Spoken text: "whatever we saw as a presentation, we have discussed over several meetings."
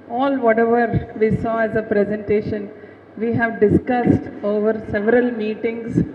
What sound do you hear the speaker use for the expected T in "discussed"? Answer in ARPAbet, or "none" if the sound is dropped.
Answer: T